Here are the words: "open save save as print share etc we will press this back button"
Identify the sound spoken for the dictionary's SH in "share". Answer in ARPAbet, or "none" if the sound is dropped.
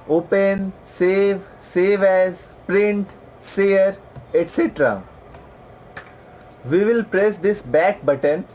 S